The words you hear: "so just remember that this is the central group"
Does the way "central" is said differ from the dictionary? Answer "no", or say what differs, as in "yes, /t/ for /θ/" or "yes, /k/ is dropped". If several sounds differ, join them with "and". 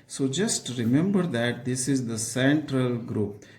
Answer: no